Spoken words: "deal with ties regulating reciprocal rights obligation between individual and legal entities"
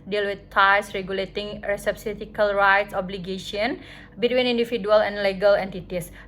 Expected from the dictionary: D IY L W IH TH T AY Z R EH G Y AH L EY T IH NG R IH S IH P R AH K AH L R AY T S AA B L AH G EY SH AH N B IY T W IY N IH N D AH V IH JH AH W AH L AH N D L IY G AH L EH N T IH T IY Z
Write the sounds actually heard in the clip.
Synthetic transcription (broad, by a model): D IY L W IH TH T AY S R EH G Y AH L EY T IH NG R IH S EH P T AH K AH L R AY T S AA B L AH G EY SH AH N B IY T W IY N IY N D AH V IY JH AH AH L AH N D L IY G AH L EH N T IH T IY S